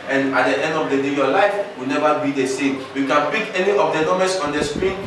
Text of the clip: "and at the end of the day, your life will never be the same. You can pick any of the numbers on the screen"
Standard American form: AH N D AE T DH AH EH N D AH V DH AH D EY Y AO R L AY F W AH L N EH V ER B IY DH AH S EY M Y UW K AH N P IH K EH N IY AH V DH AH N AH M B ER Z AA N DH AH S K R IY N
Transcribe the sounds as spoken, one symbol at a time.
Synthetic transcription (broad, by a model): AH N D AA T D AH EH N D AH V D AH D EY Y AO L AY F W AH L N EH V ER B IY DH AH S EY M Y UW K AH N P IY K EH N IY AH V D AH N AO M ER S AA N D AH S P R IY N